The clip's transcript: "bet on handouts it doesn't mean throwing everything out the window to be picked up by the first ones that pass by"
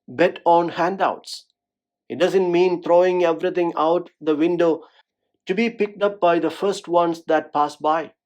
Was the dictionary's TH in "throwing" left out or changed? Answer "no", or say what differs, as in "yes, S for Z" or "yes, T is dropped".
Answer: yes, T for TH